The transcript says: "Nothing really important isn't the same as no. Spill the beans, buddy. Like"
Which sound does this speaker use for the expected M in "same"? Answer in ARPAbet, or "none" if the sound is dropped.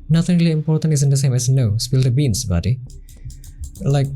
M